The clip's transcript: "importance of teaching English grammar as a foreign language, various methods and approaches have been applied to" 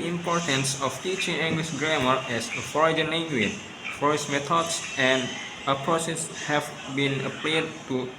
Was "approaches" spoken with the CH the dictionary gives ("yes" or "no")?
no